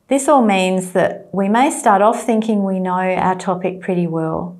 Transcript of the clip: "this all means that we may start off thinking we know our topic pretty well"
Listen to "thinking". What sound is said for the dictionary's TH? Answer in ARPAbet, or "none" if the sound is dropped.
TH